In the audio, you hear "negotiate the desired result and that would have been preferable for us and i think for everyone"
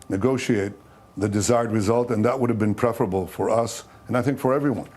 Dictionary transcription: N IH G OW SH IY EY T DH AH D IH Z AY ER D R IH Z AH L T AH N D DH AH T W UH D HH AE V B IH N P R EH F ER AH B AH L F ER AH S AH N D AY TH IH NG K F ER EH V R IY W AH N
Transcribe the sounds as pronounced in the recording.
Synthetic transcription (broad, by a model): N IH G OW SH IY EY T DH AH D IH Z AY ER D R IH Z AH L T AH N DH AH T W UH D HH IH V B IH N P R EH F ER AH B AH L F ER AH S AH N AY TH IH NG K F ER EH V R IY W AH N